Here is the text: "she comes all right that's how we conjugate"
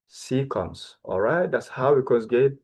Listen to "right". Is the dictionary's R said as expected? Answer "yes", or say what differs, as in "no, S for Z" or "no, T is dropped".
yes